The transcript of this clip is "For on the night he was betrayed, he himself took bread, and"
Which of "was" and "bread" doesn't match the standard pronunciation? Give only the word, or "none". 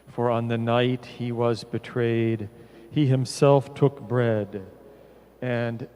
none